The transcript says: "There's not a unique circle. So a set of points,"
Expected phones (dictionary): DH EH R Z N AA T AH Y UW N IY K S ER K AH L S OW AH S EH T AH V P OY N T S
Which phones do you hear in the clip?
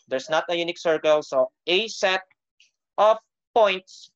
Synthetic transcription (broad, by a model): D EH R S N AA T AH Y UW N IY K S ER K AH L S OW AH S EH T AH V P OY N T S